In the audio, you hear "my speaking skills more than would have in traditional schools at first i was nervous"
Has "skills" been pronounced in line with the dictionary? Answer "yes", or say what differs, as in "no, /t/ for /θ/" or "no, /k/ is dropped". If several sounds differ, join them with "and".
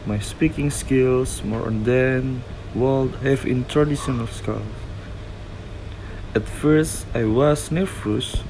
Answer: no, /s/ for /z/